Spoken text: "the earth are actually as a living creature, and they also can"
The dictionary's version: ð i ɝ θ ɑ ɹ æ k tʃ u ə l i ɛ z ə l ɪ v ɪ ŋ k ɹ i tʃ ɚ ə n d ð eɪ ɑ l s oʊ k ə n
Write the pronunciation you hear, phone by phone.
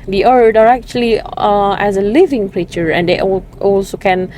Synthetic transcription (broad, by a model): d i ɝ t ɑ ɹ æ k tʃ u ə l i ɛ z ə l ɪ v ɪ ŋ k ɹ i tʃ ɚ ə n d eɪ ɑ l s oʊ k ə n